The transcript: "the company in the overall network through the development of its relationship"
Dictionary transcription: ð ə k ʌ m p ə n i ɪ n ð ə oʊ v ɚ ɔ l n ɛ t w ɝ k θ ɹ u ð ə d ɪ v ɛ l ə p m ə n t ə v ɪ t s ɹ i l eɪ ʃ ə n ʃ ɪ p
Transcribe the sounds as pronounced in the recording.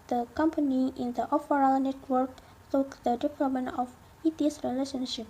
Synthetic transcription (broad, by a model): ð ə k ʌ m p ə n i ɪ n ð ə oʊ f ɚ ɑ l n ɛ t w ɝ k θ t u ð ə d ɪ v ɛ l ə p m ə n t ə f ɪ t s ɹ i l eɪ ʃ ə n ʃ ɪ p